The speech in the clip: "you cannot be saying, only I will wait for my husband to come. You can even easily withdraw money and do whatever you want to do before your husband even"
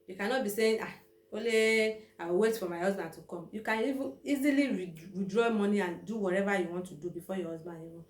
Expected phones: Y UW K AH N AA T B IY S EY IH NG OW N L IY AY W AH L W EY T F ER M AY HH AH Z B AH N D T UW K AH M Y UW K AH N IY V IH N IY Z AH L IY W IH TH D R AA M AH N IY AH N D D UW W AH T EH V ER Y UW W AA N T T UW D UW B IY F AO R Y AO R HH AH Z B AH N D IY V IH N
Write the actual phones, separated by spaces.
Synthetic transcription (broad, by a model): Y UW K AH N AA T B IY S EY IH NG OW L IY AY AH W EY T F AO M AY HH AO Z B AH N T UW K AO M Y UW K AH N IY V IH N IY Z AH L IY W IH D R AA M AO N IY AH N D D UW W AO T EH V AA Y UW W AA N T T UW D UW B IY F AO Y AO HH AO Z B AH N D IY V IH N